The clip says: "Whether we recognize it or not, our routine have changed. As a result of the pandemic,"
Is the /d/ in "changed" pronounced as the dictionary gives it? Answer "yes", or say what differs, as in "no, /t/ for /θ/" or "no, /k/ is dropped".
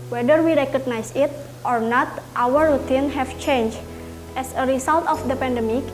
no, /d/ is dropped